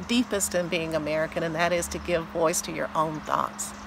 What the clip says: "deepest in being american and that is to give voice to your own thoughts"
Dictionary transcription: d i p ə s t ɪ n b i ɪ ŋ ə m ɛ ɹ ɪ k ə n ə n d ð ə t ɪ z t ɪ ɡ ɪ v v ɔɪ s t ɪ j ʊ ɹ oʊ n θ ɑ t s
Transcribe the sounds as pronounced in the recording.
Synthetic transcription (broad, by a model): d i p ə s t ɪ n b i ɪ ŋ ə m ɛ ɹ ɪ k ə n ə n ð ə t ɪ z t ɪ ɡ ɪ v v ɔɪ s t ɪ j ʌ ɹ oʊ n θ ɑ t s